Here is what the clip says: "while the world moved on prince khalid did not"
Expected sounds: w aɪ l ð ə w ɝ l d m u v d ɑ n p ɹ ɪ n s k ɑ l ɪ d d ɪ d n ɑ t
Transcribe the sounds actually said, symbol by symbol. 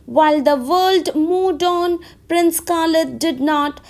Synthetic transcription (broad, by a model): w aɪ l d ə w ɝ l d m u d ɑ n p ɹ ɪ n s k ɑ l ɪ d d ɪ d n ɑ t